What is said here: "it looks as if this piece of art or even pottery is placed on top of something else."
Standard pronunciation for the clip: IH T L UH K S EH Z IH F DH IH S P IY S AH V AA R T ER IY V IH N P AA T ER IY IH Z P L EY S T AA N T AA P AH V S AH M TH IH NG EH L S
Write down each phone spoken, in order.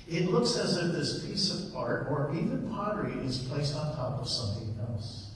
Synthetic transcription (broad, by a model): IH T L UH K S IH Z IH F DH IH S P IY S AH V AA R T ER IY V IH N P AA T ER IY IH Z P L EY S T N T AA P AH V S AH M TH IH NG EH L S